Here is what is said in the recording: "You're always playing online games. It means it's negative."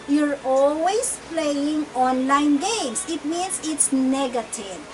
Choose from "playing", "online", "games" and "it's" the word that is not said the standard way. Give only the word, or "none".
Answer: games